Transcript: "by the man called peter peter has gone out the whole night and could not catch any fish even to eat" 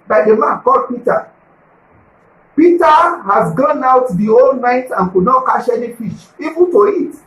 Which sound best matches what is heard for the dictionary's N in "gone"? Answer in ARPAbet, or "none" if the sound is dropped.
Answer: N